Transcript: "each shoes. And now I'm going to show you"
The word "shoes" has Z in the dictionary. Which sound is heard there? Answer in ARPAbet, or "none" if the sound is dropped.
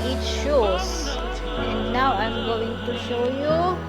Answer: S